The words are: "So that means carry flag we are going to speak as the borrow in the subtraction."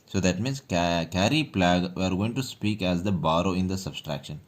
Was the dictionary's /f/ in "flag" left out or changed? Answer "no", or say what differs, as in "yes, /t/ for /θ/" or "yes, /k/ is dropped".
yes, /p/ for /f/